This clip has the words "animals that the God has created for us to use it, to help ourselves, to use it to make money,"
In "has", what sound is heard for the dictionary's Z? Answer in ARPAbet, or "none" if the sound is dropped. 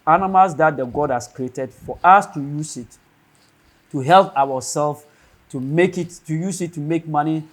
S